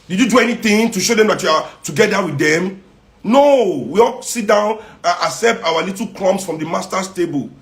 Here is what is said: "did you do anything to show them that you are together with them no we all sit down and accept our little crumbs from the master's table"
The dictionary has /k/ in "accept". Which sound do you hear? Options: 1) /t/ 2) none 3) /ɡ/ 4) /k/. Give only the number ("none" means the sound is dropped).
2